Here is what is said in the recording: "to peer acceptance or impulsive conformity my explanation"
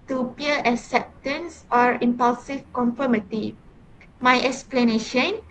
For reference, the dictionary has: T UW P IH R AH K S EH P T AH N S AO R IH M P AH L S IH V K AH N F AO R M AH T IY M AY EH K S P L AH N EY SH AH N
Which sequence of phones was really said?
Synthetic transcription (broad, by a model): T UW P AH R AH K S EH P T AH N S AO R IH M P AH L S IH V K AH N F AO M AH T IY M AY EH K S P L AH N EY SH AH N